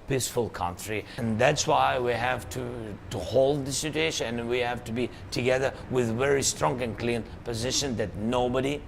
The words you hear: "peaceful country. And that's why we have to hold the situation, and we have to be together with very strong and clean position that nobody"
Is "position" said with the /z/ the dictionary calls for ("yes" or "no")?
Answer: yes